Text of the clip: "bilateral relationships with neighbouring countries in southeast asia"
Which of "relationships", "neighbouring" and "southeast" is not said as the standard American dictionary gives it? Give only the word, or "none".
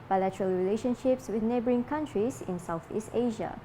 none